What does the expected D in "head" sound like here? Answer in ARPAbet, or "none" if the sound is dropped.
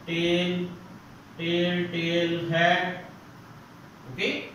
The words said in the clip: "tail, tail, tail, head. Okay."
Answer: none